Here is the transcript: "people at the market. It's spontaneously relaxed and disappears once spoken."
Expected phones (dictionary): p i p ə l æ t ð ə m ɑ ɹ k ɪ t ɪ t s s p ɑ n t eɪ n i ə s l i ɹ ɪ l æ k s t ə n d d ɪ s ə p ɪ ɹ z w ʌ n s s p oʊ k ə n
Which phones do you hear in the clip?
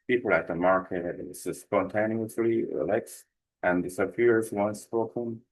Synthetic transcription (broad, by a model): p i p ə l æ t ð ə m ɑ ɹ k ɪ t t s s p ɑ n t eɪ n i ə s l i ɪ l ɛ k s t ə n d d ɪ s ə f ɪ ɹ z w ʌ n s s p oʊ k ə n